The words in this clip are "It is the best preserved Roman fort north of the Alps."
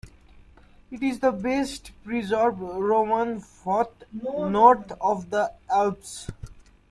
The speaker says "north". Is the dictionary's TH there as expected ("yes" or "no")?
no